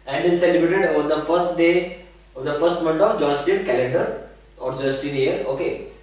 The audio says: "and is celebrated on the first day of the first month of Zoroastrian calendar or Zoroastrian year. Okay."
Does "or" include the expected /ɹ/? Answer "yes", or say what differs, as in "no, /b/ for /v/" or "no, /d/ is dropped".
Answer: yes